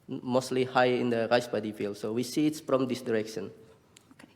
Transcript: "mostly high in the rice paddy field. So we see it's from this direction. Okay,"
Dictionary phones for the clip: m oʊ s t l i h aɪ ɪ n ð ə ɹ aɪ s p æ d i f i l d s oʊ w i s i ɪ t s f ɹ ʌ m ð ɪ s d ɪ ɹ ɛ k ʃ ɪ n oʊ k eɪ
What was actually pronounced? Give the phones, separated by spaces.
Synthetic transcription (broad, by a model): m oʊ s t l i h aɪ ɪ n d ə ɹ aɪ s b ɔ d i f i l d s oʊ w i s i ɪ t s f ɹ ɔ m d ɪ s d ɪ ɹ ɛ k ʃ ɪ n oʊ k